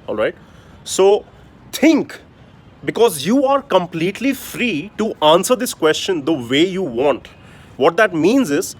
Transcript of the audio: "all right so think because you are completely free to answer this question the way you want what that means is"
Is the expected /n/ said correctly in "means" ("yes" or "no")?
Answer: yes